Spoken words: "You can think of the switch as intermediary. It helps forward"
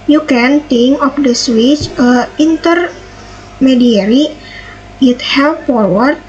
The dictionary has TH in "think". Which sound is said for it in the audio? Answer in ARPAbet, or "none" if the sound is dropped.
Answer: T